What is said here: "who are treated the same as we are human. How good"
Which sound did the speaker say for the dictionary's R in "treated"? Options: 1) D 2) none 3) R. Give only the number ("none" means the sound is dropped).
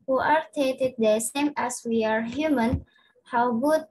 2